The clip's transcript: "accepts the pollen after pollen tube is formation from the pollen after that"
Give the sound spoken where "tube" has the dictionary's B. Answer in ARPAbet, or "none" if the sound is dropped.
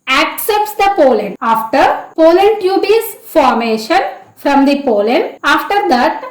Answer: B